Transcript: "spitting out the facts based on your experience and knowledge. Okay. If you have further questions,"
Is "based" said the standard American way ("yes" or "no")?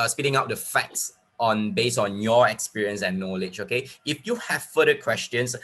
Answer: no